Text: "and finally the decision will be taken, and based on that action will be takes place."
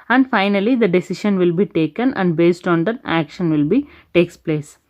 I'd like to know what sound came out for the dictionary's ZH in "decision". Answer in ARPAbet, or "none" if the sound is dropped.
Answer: SH